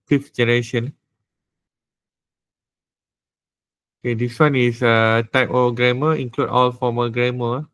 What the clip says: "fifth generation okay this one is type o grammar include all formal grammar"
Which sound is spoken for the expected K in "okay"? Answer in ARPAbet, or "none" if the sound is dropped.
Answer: K